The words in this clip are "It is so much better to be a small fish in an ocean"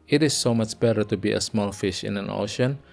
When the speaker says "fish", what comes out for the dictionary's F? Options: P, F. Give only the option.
F